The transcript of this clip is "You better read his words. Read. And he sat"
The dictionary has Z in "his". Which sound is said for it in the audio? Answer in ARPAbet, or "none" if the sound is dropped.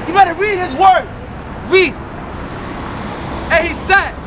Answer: Z